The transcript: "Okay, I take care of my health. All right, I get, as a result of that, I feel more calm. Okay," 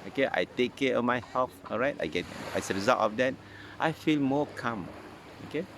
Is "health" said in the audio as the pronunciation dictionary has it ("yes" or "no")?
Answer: no